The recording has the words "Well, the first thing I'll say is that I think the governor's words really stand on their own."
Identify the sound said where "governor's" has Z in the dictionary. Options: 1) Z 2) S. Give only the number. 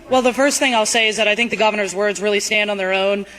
1